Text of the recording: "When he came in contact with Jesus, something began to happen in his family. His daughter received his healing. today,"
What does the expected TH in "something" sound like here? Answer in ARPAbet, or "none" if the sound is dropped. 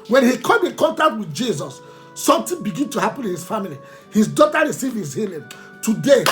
T